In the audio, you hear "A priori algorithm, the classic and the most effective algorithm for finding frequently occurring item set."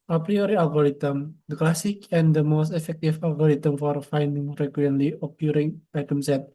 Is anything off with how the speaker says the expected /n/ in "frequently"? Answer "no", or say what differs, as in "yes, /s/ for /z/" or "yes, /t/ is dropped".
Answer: yes, /l/ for /n/